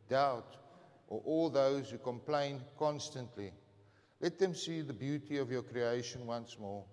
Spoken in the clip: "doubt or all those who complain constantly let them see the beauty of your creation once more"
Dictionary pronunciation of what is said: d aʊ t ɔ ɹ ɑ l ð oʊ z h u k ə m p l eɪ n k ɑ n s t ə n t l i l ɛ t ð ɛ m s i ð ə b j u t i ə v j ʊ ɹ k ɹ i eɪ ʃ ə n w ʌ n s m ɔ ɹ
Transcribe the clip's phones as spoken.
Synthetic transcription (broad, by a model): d aʊ t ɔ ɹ ɑ l ð oʊ z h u k ə m p l eɪ n k ɑ n s t ə n t l i l ɛ t ð ɛ m s i ð ə b j u t i ə v j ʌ k ɹ i eɪ ʃ ə n w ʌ n s m ɔ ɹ